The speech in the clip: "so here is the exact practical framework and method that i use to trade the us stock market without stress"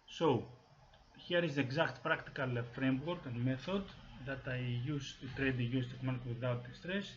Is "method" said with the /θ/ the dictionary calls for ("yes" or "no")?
yes